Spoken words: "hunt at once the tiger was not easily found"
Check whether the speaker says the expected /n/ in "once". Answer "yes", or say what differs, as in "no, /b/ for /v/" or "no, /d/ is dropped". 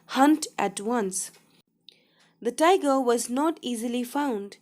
yes